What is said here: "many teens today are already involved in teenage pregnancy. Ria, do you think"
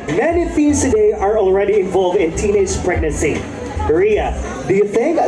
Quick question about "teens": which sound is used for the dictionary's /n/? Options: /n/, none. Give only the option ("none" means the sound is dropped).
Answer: none